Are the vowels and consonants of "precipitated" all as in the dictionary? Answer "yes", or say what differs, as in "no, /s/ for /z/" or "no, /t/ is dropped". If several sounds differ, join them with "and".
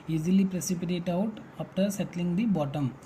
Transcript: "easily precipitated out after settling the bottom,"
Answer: no, /d/ is dropped